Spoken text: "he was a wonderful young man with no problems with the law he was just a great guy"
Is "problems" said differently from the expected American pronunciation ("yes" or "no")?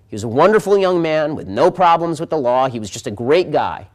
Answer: no